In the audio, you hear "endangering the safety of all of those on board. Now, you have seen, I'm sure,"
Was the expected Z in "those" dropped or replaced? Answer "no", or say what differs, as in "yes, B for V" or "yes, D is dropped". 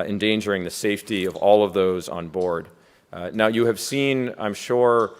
no